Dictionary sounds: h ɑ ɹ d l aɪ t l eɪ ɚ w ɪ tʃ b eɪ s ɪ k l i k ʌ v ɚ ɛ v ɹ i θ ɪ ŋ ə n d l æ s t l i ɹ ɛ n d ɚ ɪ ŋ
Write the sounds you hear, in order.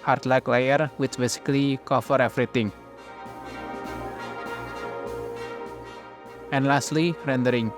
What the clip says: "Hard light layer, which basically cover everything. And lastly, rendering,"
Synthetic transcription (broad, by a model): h ɑ ɹ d l aɪ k l eɪ ɚ w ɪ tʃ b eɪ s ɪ k l i k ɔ f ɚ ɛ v ɹ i t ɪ ŋ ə n l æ s t l i ɹ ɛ n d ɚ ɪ ŋ